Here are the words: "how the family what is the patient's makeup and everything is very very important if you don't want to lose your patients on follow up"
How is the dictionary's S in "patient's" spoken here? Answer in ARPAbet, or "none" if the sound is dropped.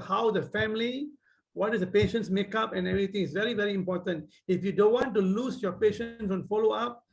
S